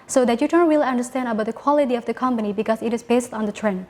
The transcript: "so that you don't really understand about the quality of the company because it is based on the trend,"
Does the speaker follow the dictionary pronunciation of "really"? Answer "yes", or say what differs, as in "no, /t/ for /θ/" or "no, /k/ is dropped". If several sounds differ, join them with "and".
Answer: no, /w/ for /ɹ/